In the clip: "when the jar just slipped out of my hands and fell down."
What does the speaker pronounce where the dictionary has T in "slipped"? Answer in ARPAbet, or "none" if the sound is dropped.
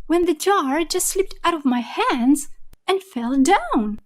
T